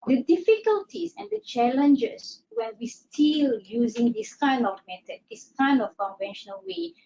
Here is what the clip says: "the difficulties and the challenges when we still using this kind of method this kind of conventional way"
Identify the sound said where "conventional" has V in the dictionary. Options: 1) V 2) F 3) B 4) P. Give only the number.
1